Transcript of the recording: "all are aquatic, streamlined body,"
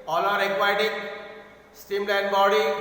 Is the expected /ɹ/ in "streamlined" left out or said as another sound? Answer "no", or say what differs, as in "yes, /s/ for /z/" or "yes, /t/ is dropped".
yes, /ɹ/ is dropped